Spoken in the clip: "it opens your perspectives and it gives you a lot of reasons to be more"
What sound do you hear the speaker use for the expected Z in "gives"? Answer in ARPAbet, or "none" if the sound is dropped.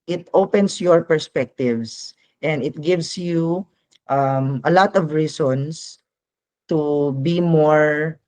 S